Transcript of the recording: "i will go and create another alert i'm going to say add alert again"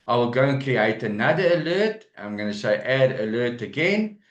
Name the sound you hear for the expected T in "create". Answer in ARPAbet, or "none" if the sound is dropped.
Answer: T